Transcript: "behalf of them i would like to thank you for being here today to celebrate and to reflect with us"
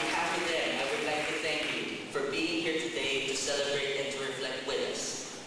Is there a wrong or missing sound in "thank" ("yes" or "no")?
no